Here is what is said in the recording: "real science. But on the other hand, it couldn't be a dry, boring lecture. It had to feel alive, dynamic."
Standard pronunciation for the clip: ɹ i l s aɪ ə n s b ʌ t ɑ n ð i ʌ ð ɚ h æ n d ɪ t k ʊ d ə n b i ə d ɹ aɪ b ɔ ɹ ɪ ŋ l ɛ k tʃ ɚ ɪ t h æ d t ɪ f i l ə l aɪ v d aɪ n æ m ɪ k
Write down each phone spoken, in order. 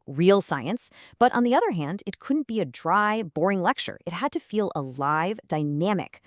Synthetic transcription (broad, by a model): ɹ i l s aɪ ə n s b ʌ t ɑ n ð i ʌ ð ɚ h æ n d ɪ t k ʊ d n b i ə d ɹ aɪ b ɔ ɹ ɪ ŋ l ɛ k tʃ ɚ ɪ t h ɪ d t ɪ f i l ə l aɪ v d aɪ n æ m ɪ k